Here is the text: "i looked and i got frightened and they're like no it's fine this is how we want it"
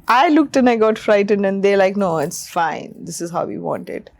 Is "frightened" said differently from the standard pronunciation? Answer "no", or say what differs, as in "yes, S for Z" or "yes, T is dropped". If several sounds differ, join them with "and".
no